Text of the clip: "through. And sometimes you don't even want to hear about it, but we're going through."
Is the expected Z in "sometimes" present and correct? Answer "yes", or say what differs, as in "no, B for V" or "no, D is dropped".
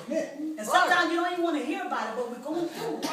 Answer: no, Z is dropped